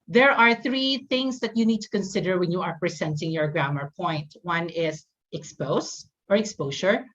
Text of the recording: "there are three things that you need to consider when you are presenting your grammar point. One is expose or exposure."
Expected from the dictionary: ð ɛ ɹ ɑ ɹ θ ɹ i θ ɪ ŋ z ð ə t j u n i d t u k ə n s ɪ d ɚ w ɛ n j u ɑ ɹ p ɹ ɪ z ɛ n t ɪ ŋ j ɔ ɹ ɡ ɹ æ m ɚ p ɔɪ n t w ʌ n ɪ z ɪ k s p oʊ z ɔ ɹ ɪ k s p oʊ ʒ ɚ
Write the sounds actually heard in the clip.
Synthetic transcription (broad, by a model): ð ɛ ɹ ɑ ɹ θ ɹ i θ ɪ ŋ s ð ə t j u n i d t u k ə n s ɪ d ɚ w ɛ n j u ɑ ɹ p ɹ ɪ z ɛ n t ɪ ŋ j ɔ ɹ ɡ ɹ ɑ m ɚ p ɔɪ n t w ʌ n ɪ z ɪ k s p oʊ s ɔ ɹ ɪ k s p oʊ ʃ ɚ